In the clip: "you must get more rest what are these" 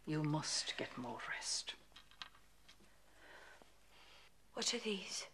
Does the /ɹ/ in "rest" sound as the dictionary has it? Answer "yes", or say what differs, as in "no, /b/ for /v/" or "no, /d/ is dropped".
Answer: yes